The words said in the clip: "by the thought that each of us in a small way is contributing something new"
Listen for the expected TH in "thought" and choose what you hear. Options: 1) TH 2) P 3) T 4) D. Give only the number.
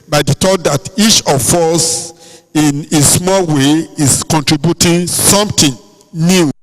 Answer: 3